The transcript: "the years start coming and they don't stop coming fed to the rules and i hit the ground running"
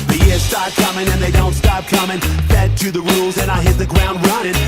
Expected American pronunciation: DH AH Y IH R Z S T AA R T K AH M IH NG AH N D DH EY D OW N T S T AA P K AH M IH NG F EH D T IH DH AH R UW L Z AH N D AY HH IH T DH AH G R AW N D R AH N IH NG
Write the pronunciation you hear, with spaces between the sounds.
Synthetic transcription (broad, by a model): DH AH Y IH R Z S T AA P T K AH M IH NG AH N DH EY D OW N T S T AA P K AH M IH NG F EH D T IH DH AH R UW L Z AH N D AY HH IH T DH AH G R AW N D R AH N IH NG